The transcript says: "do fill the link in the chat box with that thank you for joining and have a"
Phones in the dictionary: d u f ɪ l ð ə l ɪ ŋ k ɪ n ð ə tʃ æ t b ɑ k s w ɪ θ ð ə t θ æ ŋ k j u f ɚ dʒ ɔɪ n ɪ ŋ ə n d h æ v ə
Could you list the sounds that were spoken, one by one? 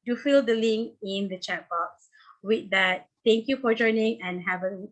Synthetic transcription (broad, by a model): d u f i l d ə l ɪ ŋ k ɪ n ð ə tʃ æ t b ɑ k s w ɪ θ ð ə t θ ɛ ŋ k j u f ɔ dʒ ɔɪ n ɪ ŋ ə n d h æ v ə